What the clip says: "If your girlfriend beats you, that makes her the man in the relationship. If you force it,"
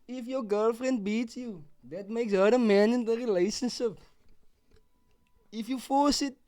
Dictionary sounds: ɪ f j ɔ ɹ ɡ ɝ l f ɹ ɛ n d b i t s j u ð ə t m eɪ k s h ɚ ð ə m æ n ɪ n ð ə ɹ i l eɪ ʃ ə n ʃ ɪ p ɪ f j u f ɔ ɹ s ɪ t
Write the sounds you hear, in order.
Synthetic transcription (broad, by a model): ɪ f j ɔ ɡ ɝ l f ɹ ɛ n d b i t s j u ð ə t m eɪ k s h ɚ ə m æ n ɪ n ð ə ɹ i l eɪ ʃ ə n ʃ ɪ p ɪ f j u f ɔ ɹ s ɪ t